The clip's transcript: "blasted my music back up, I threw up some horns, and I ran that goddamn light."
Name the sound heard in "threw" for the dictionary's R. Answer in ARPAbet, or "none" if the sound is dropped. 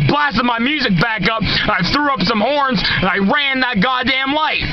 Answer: R